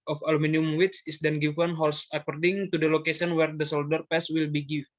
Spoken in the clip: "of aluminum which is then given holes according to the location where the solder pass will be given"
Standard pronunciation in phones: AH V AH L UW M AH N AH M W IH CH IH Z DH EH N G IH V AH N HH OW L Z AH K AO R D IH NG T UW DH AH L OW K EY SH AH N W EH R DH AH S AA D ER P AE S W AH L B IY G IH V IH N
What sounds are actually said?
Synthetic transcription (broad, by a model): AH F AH L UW M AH N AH M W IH S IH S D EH N G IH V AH N HH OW L S AH K AO R D IH NG T UW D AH L OW K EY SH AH N W EH R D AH S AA D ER P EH S W AH L B IY G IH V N